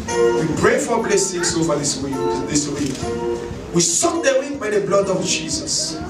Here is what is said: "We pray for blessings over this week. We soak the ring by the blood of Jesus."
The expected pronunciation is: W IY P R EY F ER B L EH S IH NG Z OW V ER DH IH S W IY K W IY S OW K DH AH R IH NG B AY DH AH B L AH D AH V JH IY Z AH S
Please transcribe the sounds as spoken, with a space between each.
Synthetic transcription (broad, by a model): W IY P R EY F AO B L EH S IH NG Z OW V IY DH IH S W IY K W IY S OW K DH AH W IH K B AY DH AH B L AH D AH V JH IY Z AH S